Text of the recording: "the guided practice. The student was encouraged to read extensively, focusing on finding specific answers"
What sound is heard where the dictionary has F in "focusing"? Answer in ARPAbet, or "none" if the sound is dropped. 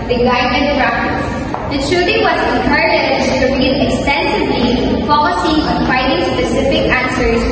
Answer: P